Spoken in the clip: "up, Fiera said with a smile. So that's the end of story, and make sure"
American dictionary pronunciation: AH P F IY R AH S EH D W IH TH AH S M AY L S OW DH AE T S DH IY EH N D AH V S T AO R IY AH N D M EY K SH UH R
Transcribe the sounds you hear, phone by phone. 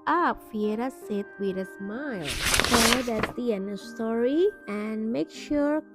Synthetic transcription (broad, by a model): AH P F IY R AH S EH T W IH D AH S M AY L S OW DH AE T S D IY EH N AH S T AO R IY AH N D M EY K SH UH R